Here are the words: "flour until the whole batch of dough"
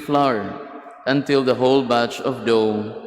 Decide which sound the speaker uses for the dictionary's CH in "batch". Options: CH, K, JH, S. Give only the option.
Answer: CH